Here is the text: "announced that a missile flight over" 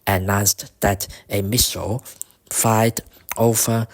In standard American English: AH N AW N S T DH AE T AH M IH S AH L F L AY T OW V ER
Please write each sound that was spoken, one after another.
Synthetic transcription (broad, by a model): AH N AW N S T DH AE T AH M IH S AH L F AY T OW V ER